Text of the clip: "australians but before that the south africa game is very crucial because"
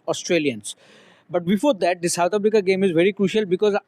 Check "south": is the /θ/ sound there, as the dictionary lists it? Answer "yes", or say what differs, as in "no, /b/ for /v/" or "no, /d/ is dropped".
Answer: no, /t/ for /θ/